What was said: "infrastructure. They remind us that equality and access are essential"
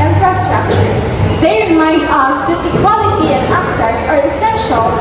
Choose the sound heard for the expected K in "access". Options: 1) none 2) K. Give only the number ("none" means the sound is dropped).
2